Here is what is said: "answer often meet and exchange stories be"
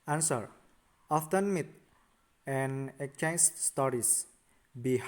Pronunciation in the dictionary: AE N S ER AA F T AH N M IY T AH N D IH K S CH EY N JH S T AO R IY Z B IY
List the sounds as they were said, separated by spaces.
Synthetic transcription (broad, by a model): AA N S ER AA F T AH N M IY T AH N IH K CH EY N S S T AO R IY S B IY